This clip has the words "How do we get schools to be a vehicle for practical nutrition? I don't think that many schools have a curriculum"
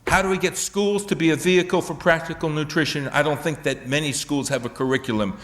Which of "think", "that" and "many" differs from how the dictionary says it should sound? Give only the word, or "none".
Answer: none